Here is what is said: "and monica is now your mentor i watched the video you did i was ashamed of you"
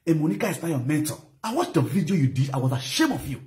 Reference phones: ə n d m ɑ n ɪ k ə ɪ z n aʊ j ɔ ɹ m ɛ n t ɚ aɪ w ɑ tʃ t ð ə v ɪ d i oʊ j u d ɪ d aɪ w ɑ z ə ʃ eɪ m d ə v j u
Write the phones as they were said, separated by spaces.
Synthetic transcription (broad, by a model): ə m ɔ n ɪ k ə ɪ s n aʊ j ɔ m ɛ n t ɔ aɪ w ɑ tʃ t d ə v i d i oʊ j u d ɪ d aɪ w ɑ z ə ʃ eɪ m ə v j u